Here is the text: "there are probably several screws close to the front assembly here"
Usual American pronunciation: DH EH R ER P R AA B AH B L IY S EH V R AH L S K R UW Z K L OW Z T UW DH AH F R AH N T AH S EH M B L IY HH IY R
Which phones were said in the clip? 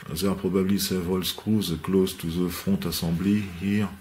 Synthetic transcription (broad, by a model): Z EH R P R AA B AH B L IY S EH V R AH L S K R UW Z K L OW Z T UW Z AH F AO T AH S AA B L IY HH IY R